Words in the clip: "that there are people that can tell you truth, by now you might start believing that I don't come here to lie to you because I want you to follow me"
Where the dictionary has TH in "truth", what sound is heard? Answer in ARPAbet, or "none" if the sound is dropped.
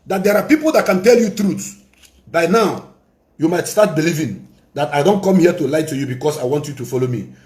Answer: S